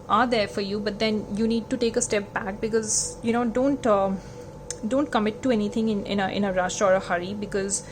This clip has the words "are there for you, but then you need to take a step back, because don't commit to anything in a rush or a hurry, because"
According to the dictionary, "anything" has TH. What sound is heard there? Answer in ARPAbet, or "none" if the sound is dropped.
T